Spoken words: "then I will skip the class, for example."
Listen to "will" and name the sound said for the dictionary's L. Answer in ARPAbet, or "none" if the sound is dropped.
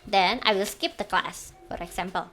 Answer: L